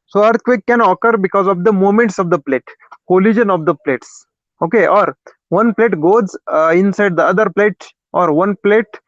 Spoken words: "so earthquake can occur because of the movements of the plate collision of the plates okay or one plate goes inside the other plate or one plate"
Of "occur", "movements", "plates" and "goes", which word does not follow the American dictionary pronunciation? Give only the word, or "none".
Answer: movements